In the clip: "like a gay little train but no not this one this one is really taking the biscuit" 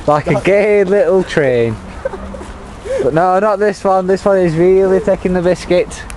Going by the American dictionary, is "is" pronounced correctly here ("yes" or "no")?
yes